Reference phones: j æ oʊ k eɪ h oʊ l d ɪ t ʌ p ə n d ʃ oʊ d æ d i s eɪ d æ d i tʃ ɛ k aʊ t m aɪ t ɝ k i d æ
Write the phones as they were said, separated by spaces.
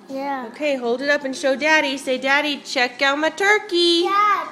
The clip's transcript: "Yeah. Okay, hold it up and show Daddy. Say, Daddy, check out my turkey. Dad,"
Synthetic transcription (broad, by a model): j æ oʊ k eɪ h oʊ l d ɪ t ʌ p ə n ʃ oʊ d æ d i s eɪ d æ d i tʃ ɛ k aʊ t m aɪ t ɝ k i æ